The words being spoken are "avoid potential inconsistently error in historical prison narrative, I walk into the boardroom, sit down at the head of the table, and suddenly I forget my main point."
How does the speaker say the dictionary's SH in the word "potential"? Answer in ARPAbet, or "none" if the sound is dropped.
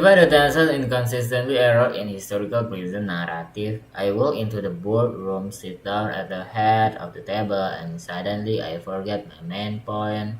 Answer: S